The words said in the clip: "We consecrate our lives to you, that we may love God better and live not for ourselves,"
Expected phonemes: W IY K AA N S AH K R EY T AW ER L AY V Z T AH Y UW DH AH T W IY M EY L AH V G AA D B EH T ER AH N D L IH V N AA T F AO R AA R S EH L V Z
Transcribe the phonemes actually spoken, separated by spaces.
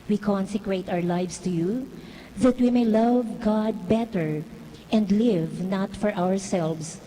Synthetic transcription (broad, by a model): W IY K AA N S AH K R EY T AW ER L AY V S T AH Y UW DH AH T W IY M EY L AH V G AA D B EH T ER AH N D L IH V N AA T F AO R AA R S EH L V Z